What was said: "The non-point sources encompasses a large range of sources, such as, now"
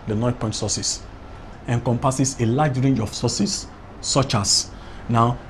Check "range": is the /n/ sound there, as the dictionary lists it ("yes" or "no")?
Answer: yes